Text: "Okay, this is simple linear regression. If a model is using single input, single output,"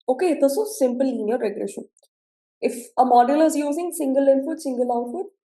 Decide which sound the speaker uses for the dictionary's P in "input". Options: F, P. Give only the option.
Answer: F